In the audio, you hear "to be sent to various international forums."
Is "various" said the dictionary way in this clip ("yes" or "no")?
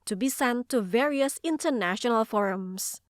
yes